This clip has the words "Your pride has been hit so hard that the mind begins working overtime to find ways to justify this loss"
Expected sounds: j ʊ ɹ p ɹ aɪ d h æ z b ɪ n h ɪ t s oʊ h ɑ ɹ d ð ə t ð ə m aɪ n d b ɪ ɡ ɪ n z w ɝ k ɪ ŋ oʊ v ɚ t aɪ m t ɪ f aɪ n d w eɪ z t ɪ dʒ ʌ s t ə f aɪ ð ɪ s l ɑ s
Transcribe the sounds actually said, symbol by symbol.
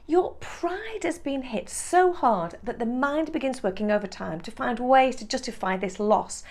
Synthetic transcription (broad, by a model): j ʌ ɹ p ɹ aɪ d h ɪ z b ɪ n h ɪ t s oʊ h ɑ ɹ d ð ə t ð ə m aɪ n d b ɪ ɡ ɪ n z w ɝ k ɪ ŋ oʊ v ɚ t aɪ m t ɪ f aɪ n d w eɪ z t ɪ dʒ ʌ s t ə f aɪ ð ɪ s l ɑ s